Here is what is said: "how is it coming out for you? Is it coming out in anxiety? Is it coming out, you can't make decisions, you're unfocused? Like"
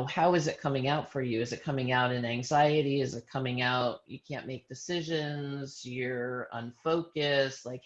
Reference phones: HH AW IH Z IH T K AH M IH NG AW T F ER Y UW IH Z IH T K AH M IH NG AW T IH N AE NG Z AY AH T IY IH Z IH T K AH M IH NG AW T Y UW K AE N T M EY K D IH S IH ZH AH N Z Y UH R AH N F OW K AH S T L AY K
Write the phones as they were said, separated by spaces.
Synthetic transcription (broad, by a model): HH AW IH Z IH T K AH M IH NG AW T F ER Y UW IH Z IH T K AH M IH NG AW T IH N AE NG Z AY AH T IY IH Z IH T K AH M IH NG AW T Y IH K AE N M EY K D IH S IH ZH AH N Z Y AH R AH N F OW K AH S T L AY K